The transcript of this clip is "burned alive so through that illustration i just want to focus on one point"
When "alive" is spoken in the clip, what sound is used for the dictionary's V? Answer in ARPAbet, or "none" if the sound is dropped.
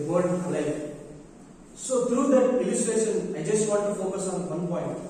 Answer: F